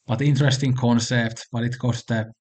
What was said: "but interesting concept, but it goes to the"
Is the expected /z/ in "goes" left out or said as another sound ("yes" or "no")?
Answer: yes